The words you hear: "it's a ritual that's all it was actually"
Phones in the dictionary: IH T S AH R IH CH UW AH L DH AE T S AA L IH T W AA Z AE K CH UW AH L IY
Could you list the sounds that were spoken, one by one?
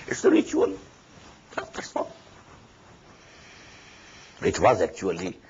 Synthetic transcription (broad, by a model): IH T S AH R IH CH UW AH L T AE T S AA IH T W AA Z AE K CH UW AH L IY